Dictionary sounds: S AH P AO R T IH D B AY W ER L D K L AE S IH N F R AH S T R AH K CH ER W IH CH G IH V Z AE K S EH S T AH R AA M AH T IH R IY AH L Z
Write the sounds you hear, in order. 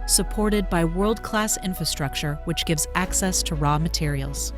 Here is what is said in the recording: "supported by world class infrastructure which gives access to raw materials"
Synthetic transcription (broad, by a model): S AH P AO R T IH D B AY W ER L D K L AE S IH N F R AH S T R AH K CH ER W IH CH G IH V Z AE K S EH S T AH R AA M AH T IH R IY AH L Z